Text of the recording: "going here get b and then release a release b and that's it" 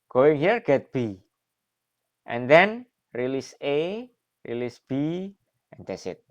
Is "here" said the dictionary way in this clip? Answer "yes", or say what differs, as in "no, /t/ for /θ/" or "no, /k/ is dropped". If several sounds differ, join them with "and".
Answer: yes